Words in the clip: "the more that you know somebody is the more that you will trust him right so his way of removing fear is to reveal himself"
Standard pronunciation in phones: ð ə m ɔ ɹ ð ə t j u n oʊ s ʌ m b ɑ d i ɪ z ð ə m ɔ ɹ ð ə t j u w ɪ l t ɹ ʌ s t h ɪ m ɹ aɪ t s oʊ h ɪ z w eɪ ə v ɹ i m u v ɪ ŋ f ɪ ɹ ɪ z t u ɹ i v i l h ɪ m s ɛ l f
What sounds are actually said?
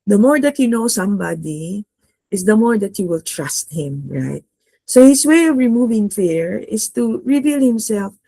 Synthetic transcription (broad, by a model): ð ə m ɔ ɹ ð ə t j u n oʊ s ʌ m b ɑ d i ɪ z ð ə m ɔ ɹ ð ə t j u w ɪ l t ɹ ʌ s t h ɪ m ɹ aɪ t s oʊ h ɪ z w eɪ ə v ɹ i m u v ɪ ŋ f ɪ ɹ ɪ s t u ɹ i v i l h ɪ m s ɛ l f